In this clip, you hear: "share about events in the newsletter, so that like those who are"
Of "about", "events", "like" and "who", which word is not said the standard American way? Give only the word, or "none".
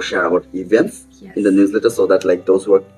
about